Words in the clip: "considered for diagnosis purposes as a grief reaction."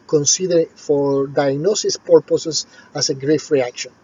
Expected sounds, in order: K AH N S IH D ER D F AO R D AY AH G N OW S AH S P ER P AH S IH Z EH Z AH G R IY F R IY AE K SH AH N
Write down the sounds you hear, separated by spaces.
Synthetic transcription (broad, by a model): K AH N S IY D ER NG F AO R D AY AH G N OW S AH S P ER P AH S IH S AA S AH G R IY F R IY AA K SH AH N